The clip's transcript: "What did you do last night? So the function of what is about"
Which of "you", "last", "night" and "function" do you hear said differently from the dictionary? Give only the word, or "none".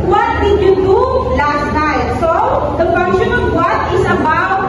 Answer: function